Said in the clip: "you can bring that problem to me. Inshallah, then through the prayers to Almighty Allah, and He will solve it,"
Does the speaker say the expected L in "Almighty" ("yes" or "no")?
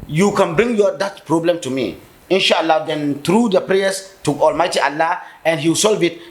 yes